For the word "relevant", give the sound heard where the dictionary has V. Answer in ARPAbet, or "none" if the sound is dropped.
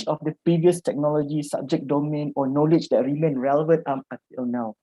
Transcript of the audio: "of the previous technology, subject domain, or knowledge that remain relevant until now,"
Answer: V